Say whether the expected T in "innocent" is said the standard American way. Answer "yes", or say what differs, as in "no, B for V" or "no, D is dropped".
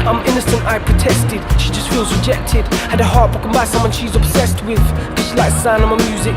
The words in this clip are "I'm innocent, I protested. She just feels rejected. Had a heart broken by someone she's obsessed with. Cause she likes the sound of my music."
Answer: yes